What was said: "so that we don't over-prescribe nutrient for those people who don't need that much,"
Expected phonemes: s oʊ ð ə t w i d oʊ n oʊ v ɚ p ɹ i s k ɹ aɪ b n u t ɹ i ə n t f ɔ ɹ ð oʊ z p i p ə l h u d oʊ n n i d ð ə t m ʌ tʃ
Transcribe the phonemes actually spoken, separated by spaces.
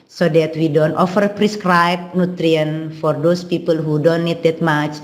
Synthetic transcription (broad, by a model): s oʊ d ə t w i d oʊ n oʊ f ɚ p ɹ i s k ɹ aɪ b n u t ɹ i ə n f ɔ ɹ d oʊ s p i p ə l h u d oʊ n n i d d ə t m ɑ tʃ